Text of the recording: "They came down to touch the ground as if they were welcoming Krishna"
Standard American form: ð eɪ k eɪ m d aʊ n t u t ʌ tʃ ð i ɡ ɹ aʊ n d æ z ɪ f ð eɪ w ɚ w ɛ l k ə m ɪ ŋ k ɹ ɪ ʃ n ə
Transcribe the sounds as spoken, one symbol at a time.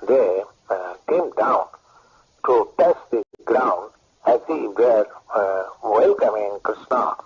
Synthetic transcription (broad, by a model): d eɪ k eɪ m d aʊ n t u t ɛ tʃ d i ɡ ɹ aʊ n d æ s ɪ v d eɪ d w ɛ l k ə m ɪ ŋ k ɹ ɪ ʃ n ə